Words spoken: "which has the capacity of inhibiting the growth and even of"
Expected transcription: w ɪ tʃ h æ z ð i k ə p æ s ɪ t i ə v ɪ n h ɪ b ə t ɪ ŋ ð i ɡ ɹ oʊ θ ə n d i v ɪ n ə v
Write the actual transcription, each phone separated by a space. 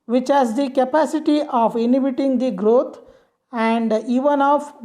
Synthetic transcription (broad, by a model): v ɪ tʃ h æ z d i k ə p æ s ɪ t i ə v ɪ n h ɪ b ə t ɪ ŋ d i ɡ ɹ oʊ t ə n d i v ɪ n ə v